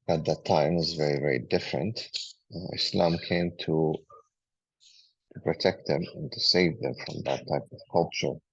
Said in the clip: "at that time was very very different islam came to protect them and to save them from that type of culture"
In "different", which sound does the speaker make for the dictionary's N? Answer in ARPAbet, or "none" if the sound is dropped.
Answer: N